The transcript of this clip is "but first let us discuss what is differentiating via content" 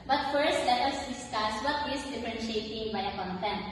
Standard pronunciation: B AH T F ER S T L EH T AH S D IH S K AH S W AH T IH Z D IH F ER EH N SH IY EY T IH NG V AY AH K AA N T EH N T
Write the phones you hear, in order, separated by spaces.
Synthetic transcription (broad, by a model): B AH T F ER S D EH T AH S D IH S K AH S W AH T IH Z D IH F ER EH N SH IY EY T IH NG B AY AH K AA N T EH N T